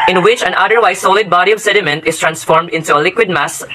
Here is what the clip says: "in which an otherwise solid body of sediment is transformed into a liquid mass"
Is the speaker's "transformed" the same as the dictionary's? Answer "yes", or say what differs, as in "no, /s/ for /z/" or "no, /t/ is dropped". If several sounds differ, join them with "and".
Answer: yes